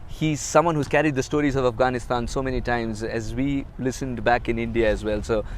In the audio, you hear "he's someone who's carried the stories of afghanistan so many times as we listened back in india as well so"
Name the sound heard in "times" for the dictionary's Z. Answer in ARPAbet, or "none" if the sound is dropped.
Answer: Z